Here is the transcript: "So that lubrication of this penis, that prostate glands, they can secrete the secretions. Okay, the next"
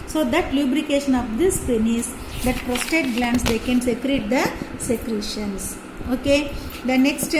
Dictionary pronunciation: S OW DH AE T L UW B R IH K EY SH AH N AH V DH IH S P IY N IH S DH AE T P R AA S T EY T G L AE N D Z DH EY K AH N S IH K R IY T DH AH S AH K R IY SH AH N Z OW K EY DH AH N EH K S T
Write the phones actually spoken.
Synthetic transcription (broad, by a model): S OW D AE T L UW B R IH K EY SH AH N AH V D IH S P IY N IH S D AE T P R AA S T EY T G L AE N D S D EY K AH N S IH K R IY T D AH S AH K R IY SH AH N S OW K EY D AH N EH K S T